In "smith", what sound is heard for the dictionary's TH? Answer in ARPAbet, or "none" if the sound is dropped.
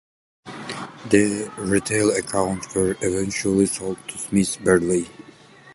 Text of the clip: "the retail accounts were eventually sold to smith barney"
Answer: S